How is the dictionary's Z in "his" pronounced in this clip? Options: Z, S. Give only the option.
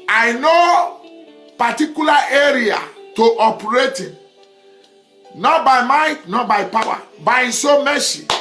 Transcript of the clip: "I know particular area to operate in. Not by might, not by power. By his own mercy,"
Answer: S